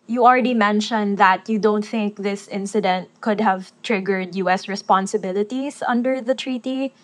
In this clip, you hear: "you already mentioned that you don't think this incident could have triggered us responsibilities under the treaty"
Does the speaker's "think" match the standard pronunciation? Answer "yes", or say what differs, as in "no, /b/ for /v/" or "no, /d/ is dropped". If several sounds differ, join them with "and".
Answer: yes